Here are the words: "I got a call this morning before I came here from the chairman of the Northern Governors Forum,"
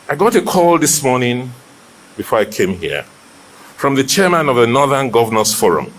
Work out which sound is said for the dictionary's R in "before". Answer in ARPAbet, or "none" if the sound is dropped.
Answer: R